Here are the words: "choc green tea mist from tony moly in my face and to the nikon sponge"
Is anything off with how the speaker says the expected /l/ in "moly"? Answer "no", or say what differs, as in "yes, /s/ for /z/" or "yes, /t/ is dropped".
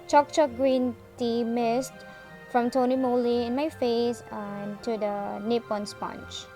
no